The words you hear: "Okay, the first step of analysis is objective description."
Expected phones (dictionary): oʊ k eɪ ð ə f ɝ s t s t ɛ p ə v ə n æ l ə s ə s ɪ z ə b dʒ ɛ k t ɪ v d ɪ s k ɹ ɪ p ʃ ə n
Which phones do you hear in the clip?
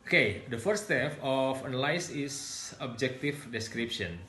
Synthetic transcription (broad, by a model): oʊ k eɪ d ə f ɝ t s t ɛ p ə f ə n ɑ l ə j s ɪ s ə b dʒ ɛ k t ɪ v d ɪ s k ɹ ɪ p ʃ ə n